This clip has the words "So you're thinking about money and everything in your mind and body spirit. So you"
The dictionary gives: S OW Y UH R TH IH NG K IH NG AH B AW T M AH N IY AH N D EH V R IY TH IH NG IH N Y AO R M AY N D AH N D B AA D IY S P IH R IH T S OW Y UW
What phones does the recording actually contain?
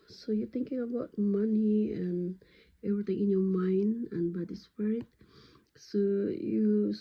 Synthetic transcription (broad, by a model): S OW Y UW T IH NG K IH NG AH B AW T M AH N IY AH N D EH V R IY T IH NG IH N Y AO M AY N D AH N B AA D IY S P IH R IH T S OW Y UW